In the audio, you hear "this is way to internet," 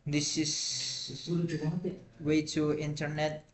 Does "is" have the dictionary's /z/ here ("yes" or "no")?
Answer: no